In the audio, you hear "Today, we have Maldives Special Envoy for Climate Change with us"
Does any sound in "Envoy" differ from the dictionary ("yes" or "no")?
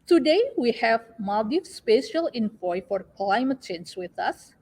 yes